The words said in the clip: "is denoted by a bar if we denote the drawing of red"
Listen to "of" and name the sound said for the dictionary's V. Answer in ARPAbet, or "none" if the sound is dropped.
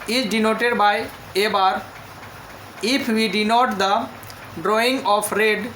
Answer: P